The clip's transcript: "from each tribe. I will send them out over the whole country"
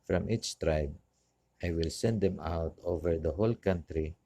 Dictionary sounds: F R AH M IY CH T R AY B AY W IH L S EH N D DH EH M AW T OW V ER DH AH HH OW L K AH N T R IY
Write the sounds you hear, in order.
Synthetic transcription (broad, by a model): F R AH M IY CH T R AY B AY W IH L S EH N D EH M AW T OW V ER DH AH HH OW L K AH N T R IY